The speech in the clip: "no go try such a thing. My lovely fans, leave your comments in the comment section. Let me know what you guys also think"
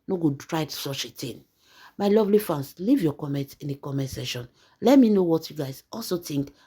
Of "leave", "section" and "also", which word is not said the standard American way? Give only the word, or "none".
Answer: section